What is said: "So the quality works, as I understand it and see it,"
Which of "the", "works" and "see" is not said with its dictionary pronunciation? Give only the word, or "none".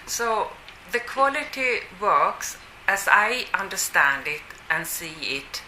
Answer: none